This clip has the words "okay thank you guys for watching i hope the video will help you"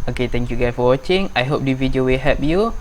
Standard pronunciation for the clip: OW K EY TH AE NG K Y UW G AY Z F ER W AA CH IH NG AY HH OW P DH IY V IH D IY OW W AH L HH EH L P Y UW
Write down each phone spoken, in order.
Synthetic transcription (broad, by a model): OW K EY T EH NG K Y UW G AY F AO W AA CH IH NG AY HH OW P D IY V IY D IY OW W AH L HH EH P Y UW